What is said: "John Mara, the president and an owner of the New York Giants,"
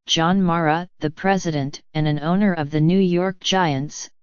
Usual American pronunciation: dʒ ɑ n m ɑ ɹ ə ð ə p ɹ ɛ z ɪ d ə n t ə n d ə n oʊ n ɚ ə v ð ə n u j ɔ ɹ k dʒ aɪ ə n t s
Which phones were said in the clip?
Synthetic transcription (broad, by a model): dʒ ɑ n m ɑ ɹ ə ð ə p ɹ ɛ z ɪ d ə n t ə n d ə n oʊ n ɚ ə v ð ə n u j ɔ ɹ k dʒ aɪ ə n t s